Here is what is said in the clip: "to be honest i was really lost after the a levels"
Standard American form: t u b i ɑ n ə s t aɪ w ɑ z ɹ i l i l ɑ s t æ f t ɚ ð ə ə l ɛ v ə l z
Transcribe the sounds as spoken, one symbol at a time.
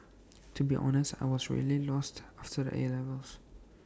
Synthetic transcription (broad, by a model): t u b i ɑ n ə s t aɪ w ɑ z ɹ i l i l ɑ s t æ f t ɚ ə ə l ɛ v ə l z